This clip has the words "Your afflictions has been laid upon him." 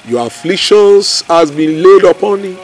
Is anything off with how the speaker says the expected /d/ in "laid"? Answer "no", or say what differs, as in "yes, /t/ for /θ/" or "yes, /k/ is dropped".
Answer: no